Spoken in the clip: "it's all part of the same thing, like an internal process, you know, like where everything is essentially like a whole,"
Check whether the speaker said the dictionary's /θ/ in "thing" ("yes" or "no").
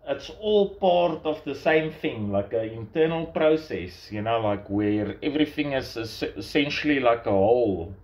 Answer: yes